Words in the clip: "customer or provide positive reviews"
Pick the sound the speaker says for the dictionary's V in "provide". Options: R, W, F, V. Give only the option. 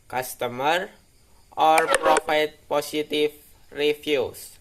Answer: F